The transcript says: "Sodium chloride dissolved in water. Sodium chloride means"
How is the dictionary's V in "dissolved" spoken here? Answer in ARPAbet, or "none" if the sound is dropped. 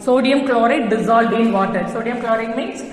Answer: none